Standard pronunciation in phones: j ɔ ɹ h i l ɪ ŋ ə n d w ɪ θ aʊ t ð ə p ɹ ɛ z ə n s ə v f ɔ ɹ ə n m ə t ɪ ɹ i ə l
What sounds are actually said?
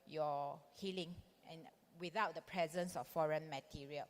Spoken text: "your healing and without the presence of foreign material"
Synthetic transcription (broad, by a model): j ɔ h i l ɪ ŋ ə n w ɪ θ aʊ t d ə p ɹ ɛ z ə n s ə f f ɔ ɹ ə n m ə t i ɹ i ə l